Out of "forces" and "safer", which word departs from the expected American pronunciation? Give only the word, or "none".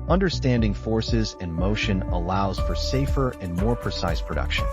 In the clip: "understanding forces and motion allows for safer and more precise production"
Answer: none